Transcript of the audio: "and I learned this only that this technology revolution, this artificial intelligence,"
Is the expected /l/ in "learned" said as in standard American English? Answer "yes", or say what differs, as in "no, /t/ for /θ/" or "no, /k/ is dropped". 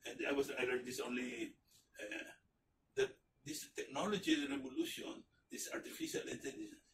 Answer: no, /w/ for /l/